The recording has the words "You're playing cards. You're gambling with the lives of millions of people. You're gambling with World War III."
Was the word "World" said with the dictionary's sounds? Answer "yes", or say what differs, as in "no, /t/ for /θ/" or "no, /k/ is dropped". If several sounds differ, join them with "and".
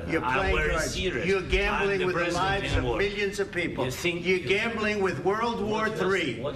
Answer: yes